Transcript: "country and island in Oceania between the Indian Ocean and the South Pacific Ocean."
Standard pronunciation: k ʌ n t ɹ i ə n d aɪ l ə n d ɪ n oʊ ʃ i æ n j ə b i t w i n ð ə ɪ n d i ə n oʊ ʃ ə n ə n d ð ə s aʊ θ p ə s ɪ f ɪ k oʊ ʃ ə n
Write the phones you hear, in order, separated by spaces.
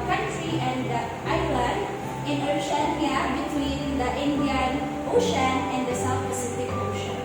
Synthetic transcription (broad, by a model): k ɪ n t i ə n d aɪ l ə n ɪ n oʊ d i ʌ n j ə b i t w i n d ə ɪ n d i ə n oʊ ʃ ə n ə n d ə s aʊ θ p ə s ɪ f ɪ k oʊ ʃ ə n